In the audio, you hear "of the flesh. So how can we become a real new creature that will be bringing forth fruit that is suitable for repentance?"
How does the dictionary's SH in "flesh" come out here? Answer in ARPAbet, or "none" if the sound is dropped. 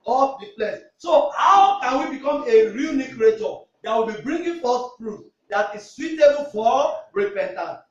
S